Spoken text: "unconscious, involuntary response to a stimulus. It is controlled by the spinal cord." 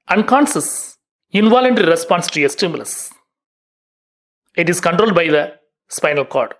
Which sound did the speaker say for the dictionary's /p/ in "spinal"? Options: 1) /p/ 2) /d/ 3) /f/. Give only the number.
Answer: 1